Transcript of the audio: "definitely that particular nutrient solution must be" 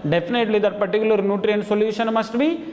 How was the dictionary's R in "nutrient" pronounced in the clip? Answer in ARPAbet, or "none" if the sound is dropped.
R